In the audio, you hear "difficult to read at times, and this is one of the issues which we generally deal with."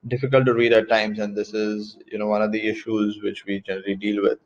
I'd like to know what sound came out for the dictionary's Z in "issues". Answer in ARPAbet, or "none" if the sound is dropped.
Z